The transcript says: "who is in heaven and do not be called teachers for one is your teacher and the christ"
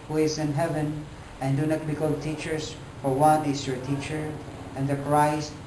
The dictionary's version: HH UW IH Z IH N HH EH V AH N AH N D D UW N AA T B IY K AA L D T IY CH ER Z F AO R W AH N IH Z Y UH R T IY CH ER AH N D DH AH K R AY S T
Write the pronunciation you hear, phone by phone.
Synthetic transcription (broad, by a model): HH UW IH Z IH N HH EH V AH N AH N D D UW N AA T B IY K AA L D T IY CH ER S F AO R W AH N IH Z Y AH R T IY CH ER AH N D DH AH K R AY S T